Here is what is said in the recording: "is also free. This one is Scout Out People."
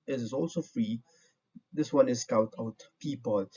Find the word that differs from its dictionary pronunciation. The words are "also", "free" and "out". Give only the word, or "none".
none